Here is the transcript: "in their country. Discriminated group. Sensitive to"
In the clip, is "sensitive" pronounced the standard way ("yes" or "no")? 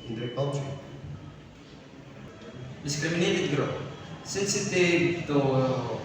no